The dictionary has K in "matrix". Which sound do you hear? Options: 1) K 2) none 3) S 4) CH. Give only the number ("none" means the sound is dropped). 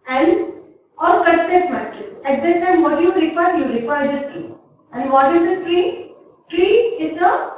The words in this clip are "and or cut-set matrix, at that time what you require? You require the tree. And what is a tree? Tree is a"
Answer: 2